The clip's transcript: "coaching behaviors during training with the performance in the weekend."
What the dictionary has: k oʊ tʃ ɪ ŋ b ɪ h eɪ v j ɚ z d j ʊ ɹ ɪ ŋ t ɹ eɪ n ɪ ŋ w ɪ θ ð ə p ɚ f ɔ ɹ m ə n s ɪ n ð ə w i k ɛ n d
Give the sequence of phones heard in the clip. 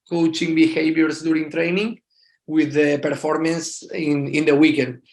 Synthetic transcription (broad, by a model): k oʊ tʃ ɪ ŋ b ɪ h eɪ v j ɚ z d j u ɹ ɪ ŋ t ɹ eɪ n ɪ ŋ w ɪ ð ə p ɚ f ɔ ɹ m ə n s ɪ n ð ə w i k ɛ n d